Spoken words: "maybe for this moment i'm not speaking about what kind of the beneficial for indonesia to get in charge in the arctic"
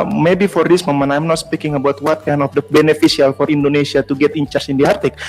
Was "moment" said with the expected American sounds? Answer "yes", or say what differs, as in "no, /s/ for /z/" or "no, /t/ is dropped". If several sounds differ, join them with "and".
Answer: no, /t/ is dropped